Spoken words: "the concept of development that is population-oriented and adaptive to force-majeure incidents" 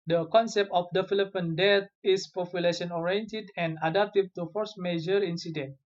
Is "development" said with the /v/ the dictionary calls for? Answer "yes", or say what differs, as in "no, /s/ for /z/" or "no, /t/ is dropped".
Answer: no, /f/ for /v/